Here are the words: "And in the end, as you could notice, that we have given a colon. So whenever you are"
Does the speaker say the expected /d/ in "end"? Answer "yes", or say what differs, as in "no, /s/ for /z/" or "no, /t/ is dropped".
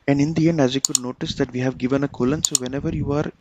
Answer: yes